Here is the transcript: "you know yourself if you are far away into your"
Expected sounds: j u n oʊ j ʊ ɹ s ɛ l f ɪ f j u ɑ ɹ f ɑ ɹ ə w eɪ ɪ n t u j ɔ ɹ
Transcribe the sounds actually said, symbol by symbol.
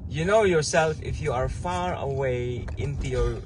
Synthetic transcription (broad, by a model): j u n oʊ j ʊ ɹ s ɛ l f ɪ f j u ɑ ɹ f ɑ ɹ ə w eɪ ɪ n t u j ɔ ɹ